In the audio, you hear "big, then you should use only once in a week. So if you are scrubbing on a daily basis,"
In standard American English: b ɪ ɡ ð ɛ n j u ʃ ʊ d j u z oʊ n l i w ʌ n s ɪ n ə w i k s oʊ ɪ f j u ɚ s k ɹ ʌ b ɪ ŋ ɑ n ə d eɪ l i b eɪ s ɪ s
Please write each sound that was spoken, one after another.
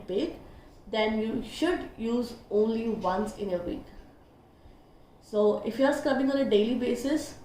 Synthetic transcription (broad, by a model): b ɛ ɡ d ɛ n j u ʃ ʊ d j u z oʊ n l i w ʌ n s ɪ n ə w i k s oʊ ɪ f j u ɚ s k ʌ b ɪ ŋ ɑ n ə d eɪ l i b eɪ s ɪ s